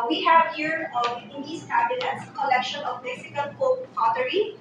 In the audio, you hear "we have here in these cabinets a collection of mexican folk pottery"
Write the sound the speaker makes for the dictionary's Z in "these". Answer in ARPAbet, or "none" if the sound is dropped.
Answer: S